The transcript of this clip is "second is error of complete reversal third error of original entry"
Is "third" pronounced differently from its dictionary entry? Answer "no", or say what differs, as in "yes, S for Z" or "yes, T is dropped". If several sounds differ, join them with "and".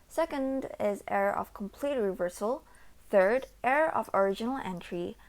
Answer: no